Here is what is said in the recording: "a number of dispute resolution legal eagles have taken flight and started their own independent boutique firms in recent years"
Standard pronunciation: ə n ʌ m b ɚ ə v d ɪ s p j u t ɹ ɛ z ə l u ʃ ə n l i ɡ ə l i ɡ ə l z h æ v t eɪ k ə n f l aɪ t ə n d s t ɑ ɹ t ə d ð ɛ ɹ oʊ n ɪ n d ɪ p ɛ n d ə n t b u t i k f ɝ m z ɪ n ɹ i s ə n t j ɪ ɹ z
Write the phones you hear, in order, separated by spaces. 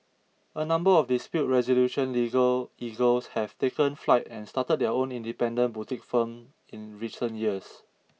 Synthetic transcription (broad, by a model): ə n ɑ m b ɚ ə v d ɪ s p j u t ɹ ɛ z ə l u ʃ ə n l i ɡ ə l i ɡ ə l s h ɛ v t eɪ k ə n f l aɪ t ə n s t ɑ t ə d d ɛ oʊ n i n d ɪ p ɛ n d ə n b u t i k f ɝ m ɪ n ɹ i s ə n t j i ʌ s